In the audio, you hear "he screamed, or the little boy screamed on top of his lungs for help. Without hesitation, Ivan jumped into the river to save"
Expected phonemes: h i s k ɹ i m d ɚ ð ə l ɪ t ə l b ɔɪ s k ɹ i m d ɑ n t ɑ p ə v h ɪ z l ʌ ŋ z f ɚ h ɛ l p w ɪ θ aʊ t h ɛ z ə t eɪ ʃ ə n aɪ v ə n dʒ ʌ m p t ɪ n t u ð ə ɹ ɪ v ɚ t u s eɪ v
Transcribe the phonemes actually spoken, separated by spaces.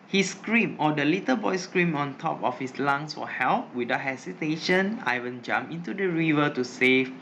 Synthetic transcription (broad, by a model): h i s k ɹ i m ɔ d ə l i t ə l b ɔɪ s k ɹ i m ɑ n t ɑ p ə f h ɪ s l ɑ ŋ s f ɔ h ɛ l p w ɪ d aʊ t h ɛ s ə t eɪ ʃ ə n aɪ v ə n dʒ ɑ m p ɪ n t u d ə ɹ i v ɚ t u s eɪ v